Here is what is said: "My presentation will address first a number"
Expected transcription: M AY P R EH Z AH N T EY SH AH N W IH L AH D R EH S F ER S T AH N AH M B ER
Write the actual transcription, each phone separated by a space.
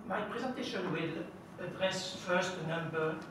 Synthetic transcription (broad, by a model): M AY P R EH Z AH N T EY SH AH N W IH L AH D R EH S F ER S T AH N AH M B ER